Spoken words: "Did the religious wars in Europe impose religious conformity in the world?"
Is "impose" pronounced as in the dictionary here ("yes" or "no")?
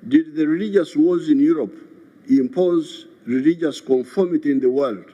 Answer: yes